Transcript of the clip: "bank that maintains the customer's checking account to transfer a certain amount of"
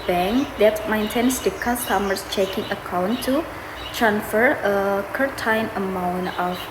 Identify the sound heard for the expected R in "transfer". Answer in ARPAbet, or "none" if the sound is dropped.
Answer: R